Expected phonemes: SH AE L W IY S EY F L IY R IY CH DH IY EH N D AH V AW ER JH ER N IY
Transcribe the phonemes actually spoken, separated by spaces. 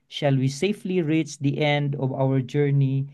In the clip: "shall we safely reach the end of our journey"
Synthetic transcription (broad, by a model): SH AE L W IY S EY F L IY R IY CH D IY EH N D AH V AW ER JH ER N IY